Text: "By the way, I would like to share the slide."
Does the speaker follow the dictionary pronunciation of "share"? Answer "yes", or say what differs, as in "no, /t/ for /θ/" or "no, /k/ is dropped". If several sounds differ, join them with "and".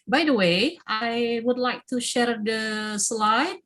yes